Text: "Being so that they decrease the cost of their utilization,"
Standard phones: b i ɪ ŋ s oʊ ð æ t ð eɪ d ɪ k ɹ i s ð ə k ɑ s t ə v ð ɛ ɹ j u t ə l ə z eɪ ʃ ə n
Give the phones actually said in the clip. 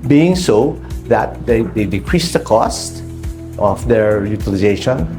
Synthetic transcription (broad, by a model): b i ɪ ŋ s oʊ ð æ t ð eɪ d ɪ k ɹ i s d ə k ɑ s t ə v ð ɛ ɹ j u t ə l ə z eɪ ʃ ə n